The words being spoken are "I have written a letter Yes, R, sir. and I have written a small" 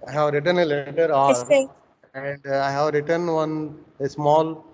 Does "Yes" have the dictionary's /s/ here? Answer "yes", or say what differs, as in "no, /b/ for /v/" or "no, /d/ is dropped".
no, /s/ is dropped